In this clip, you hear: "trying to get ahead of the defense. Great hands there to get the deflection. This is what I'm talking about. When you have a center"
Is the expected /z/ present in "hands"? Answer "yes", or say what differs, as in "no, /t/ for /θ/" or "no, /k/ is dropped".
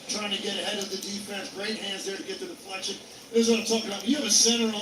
yes